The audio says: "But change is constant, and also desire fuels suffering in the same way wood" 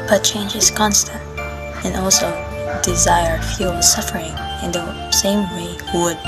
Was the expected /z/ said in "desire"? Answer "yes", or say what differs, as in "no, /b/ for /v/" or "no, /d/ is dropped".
yes